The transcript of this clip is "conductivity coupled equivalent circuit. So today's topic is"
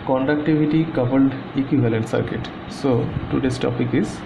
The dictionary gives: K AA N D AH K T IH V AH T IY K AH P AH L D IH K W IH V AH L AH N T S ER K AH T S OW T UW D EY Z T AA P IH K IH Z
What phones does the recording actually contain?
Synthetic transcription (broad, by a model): K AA N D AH K T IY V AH T IY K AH B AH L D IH K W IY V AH L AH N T S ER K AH T S OW T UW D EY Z T AA P IH K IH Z